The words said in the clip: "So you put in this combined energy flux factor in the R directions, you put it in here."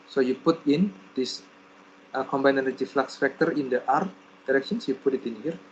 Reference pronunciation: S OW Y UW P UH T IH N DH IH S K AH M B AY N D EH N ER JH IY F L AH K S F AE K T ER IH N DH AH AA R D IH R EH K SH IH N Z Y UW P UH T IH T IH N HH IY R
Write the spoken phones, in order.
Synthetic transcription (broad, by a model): S OW Y UW P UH T IH N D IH S K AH M B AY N EH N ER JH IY F L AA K S F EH K T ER IH N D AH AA R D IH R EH K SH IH N S Y UW P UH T IH T IH N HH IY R